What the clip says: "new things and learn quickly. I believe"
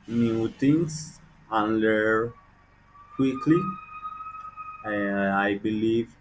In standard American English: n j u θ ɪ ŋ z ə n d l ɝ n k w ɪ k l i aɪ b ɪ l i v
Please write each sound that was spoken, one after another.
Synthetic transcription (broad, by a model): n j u t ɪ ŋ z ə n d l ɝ k w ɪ k l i aɪ b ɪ l i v